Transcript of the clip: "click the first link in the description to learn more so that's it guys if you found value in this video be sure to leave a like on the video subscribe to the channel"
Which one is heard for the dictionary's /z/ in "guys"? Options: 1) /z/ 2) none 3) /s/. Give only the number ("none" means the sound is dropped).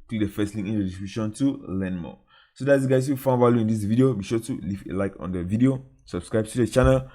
2